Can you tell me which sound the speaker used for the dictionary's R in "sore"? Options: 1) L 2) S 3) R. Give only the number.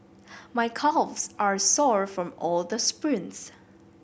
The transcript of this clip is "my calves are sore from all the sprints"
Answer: 3